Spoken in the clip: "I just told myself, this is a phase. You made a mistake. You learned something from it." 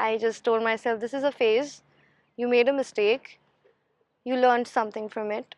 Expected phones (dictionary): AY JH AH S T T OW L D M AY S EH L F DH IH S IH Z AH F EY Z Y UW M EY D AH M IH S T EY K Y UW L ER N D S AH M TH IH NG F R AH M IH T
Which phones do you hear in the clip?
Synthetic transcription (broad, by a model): AY JH AH S T T OW L D M AY S EH L F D IH S IH Z AH F EY Z Y UW M EY D AH M IH S T EY K Y UW L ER N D S AH M T IH NG F R AH M IH T